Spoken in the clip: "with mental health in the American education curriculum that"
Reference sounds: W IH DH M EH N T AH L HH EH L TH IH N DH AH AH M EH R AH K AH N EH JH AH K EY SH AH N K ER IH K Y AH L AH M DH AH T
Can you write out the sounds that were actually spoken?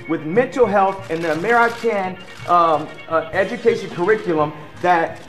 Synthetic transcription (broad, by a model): W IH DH M EH N T L HH EH L TH IH N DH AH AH M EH R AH K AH N EH JH AH K EY SH AH N K ER IH K Y L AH M DH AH T